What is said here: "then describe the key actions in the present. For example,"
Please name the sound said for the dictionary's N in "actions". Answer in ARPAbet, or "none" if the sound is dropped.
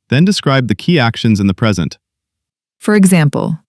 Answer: N